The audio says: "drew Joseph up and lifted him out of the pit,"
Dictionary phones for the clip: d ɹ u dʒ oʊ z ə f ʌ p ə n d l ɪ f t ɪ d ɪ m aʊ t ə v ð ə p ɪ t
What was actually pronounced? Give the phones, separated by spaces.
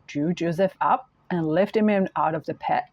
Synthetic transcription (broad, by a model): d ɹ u dʒ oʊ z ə f ʌ p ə n l ɪ f t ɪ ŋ ɪ m aʊ t ə v ð ə p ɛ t